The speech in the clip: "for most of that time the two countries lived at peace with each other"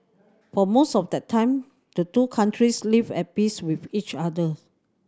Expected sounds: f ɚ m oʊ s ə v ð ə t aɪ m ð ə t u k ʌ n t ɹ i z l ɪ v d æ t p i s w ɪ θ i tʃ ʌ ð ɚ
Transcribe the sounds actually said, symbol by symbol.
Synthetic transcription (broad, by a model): f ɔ m oʊ s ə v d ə t aɪ m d ə t u k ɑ n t ɹ i s l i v ɛ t p i s w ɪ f i tʃ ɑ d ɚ